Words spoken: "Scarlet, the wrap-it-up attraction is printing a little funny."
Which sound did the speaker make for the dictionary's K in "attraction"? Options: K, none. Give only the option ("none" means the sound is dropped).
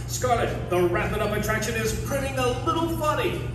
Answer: K